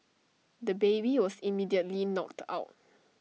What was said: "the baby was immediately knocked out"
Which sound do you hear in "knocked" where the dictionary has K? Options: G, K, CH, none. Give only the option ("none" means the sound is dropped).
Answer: K